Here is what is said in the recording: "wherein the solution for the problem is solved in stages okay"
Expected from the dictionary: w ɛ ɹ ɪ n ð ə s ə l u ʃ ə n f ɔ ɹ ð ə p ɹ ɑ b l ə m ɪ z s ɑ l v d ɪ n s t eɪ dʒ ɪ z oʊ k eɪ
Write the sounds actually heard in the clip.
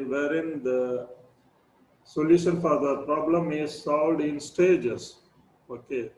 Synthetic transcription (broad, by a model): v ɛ ɹ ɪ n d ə s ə l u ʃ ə n f ɔ ɹ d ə p ɹ ɑ b l ə m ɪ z s ɑ l v d ɪ n s t eɪ dʒ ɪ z oʊ k eɪ